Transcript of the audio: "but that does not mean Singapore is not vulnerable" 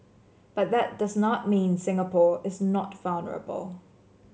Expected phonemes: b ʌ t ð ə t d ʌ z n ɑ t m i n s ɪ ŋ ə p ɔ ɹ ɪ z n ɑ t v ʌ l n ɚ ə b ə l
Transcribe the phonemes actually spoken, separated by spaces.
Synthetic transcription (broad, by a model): b ʌ t ð ə t d ʌ z n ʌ t m i n s ɪ ŋ ə p ɔ ɹ ɪ z n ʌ t v ʌ l n ɚ ə b ə l